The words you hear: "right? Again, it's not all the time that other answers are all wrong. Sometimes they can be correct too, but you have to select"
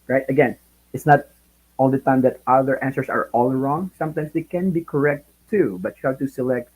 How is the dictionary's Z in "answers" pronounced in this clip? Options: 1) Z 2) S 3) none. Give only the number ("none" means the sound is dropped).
2